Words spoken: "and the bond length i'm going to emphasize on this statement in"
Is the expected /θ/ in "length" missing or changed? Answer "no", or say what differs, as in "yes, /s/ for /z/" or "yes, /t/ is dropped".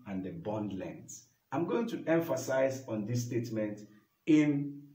yes, /s/ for /θ/